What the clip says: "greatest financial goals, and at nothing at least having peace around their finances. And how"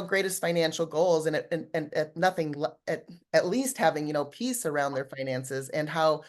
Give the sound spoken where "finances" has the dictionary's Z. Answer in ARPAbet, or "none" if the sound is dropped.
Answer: Z